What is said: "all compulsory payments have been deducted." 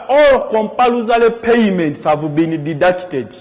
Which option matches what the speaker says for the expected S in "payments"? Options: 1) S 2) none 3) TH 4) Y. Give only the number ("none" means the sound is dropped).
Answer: 1